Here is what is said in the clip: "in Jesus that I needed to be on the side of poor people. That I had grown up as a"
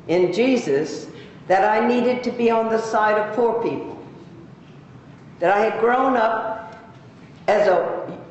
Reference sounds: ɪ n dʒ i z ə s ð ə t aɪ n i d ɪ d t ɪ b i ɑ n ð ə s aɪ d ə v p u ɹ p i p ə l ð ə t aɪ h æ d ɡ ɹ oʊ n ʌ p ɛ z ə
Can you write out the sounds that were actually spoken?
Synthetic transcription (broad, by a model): ɪ n dʒ i z ə s ð ə t aɪ n i d ɪ d t ɪ b i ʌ n ð ə s aɪ d ə v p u ɹ p i p l ð ə t aɪ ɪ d ɡ ɹ oʊ n ʌ p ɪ z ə